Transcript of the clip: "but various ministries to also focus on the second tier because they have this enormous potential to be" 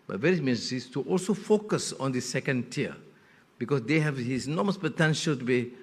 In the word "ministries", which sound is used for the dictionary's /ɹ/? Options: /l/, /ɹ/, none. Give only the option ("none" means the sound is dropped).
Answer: none